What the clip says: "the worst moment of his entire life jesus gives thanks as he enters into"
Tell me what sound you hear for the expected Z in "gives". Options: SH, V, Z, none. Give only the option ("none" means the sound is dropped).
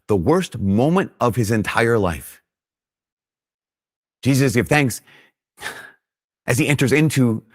none